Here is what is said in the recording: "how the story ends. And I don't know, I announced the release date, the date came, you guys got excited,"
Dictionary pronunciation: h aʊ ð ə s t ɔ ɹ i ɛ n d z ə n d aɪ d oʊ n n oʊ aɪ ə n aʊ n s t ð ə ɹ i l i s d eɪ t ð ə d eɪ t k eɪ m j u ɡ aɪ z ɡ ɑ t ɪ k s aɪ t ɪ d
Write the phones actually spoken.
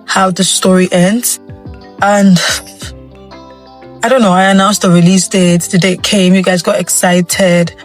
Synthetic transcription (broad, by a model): h aʊ ð ə s t ɔ ɹ i ɛ n d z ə n aɪ d oʊ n n oʊ aɪ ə n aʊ n s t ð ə ɹ i l i s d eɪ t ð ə d eɪ t k eɪ m j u ɡ aɪ z ɡ ɑ t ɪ k s aɪ t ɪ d